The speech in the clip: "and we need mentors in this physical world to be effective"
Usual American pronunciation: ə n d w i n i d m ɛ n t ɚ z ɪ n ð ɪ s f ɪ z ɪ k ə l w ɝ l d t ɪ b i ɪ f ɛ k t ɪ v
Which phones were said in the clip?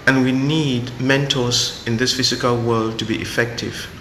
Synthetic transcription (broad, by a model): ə n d w i n i d m ɛ n t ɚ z ɪ n ð ɪ s f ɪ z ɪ k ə l w ɝ l d t ɪ b i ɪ f ɛ k t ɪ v